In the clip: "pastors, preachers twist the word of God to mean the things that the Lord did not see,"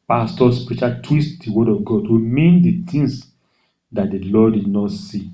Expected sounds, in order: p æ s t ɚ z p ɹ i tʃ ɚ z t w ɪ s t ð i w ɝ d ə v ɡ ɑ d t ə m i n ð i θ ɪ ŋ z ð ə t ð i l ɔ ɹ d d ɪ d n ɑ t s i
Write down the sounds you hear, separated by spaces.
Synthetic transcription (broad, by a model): p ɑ s t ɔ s p ɹ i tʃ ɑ t w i s t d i w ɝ d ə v ɡ ɑ d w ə m i n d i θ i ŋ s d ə t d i l ɔ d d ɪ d n ɑ t s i